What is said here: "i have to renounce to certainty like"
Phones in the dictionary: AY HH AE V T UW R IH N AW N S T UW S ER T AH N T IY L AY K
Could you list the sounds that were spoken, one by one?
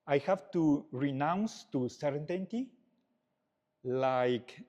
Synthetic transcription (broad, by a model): AY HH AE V T UW R IH N AW N S T UW S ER T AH N T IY L AY K